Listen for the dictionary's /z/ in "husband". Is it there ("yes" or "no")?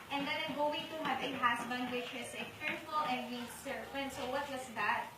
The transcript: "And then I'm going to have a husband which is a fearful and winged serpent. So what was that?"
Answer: no